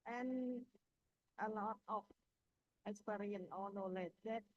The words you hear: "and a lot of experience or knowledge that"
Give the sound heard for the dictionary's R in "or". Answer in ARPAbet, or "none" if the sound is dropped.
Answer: L